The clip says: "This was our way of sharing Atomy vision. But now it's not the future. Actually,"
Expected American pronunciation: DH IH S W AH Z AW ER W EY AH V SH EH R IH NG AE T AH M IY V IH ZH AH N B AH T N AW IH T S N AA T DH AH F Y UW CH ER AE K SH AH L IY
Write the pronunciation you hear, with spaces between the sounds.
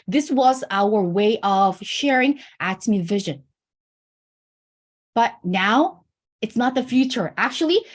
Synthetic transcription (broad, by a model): DH IH S W AH Z AW ER W EY AH V SH EH R IH NG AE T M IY V IH ZH AH N B AH T N AW IH T S N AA T DH AH F Y UW CH ER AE K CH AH L IY